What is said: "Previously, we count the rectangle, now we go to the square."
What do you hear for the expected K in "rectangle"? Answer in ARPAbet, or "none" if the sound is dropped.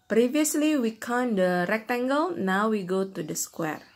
K